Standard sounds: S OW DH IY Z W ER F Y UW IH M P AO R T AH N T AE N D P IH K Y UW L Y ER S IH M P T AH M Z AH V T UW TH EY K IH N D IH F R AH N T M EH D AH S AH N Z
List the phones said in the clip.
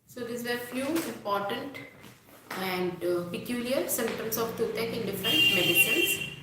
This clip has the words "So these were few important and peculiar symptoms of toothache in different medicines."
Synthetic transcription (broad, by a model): S OW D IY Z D F Y UW IH M P AO R T AH N T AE N D P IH K Y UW L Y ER S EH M T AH M S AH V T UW T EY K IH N D IH F R AH N T M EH D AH S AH N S